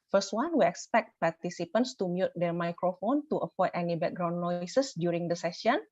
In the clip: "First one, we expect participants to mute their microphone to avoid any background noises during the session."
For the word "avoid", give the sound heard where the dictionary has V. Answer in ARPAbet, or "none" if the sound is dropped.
P